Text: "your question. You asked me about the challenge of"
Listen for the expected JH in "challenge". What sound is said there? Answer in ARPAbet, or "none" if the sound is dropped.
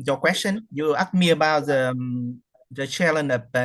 none